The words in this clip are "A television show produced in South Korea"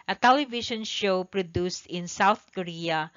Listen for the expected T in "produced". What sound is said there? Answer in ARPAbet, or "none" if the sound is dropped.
T